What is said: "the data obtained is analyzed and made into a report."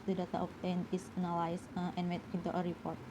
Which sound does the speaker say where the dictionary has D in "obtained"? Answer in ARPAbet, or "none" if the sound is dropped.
none